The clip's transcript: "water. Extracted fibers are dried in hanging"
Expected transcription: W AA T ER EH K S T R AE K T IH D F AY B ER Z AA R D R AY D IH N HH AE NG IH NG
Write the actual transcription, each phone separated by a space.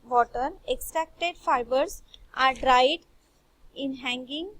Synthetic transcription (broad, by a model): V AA T ER EH K S T R AE K T IH D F AY B ER S AA R D R AY D IH N HH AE NG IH NG